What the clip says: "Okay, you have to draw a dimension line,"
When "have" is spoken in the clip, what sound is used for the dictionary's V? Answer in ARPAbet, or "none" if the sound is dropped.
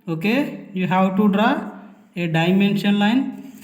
W